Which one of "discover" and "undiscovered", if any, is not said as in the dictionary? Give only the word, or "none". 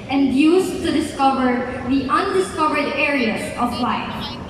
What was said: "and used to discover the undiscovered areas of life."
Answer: none